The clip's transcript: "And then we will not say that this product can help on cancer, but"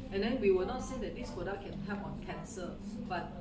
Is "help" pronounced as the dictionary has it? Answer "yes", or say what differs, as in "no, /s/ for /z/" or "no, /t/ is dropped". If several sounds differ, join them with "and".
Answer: no, /l/ is dropped